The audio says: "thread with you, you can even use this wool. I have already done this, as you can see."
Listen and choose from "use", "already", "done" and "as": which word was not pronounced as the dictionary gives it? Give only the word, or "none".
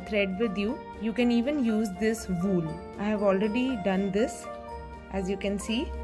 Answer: none